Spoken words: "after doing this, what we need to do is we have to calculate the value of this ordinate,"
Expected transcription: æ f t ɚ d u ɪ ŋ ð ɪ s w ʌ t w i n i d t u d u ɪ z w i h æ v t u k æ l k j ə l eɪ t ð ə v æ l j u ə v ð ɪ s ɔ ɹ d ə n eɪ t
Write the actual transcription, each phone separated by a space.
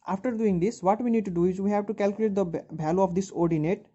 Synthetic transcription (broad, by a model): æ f t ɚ d u ɪ ŋ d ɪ s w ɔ t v i n i d t u d u ɪ z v i h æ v t u k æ l k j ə l eɪ t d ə b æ l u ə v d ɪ s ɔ ɹ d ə n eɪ t